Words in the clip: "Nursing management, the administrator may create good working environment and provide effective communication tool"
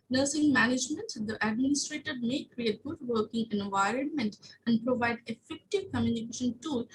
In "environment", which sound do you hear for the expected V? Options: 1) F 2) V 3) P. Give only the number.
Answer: 2